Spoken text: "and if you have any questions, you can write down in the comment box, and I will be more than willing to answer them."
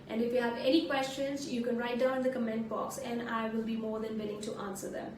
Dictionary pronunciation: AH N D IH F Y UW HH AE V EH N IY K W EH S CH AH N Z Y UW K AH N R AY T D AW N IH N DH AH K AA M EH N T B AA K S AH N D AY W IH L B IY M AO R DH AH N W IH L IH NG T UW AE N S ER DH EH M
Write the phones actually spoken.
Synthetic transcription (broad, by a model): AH N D IH F Y UW HH AE V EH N IY K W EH S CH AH N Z Y UW K AH N R AY T D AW IH N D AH K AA M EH N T B AA K S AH N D AY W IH L B IY M AO R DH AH N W IH L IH NG T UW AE N S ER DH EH M